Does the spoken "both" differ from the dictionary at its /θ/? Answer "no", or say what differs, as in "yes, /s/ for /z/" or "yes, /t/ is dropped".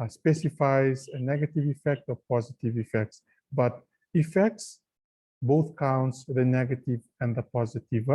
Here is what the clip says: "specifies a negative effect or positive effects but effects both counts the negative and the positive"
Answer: no